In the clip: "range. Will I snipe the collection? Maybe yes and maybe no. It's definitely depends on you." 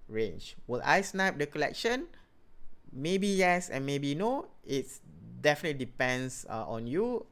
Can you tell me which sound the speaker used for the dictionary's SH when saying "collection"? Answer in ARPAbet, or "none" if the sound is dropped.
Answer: SH